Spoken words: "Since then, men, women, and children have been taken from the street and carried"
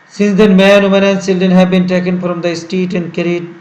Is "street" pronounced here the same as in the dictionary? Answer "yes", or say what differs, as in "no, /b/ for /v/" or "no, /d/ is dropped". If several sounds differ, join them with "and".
no, /ɹ/ is dropped